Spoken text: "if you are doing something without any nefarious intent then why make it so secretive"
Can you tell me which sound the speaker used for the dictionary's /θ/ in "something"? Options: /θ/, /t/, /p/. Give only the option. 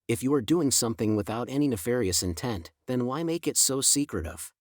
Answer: /θ/